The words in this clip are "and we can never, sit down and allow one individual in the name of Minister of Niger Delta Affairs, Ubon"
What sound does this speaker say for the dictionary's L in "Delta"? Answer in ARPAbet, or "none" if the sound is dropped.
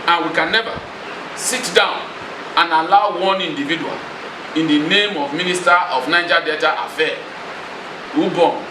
none